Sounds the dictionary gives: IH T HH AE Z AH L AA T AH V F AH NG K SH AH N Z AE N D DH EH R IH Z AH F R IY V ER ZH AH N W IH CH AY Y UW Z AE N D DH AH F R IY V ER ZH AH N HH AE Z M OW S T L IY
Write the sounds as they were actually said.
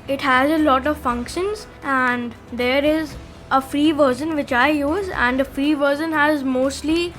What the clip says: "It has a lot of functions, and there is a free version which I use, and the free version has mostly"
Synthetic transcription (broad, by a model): IH T HH AE Z AH L AA T AH V F AH NG K SH AH N Z AE N D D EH R IH Z AH F R IY V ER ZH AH N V IH CH AY Y UW Z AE N D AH F R IY V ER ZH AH N HH AE Z M OW S T L IY